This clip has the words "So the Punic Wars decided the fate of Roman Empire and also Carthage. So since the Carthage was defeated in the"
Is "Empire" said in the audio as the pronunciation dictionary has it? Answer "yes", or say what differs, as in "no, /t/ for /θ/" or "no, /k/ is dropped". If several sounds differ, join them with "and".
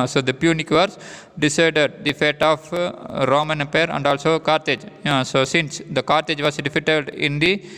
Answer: no, /m/ is dropped